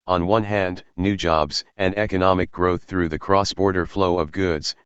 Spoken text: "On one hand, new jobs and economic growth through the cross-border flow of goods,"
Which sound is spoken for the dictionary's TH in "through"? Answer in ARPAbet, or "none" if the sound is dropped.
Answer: TH